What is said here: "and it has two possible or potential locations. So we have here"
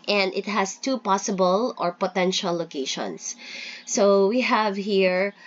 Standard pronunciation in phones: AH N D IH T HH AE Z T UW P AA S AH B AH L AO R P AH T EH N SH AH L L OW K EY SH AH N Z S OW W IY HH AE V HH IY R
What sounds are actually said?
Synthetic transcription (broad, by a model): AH N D IH T HH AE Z T UW P AA S AH B AH L AO R P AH T EH N SH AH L L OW K EY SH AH N S OW W IY HH AE V HH IY R